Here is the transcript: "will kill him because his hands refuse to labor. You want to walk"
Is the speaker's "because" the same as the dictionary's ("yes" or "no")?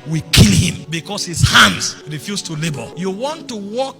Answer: no